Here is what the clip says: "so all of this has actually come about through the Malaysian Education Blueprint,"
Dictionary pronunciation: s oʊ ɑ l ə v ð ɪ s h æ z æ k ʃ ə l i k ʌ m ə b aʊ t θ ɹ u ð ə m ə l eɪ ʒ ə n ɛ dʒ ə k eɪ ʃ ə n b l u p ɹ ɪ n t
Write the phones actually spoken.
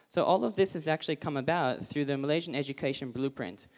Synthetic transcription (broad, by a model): s oʊ ɑ l ə v ð ɪ s h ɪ z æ k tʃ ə l i k ʌ m ə b aʊ t θ ɹ u ð ə m ə l eɪ ʒ ə n ɛ dʒ ə k eɪ ʃ ə n b l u p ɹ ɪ n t